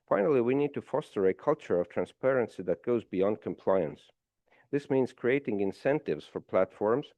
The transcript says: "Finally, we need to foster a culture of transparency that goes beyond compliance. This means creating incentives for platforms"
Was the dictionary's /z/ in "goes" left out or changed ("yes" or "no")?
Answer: no